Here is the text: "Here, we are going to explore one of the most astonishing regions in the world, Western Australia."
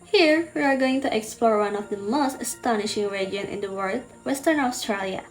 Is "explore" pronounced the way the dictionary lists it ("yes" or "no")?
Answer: yes